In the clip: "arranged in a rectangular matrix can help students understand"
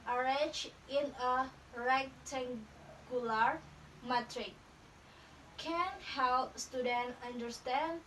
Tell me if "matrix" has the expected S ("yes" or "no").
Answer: no